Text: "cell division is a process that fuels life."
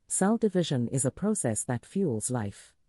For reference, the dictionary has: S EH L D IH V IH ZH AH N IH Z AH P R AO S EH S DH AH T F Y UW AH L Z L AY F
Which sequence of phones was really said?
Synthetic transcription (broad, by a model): S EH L D IH V IH ZH AH N IH Z AH P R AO S EH S DH AH T F Y UW L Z L AY F